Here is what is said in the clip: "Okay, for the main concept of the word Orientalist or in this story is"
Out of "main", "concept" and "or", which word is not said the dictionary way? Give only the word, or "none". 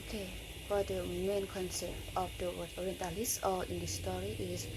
or